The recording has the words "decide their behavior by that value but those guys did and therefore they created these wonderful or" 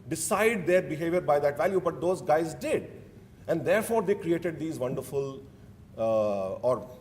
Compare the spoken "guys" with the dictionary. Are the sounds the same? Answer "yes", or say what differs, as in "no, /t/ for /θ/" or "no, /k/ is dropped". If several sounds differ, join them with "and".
yes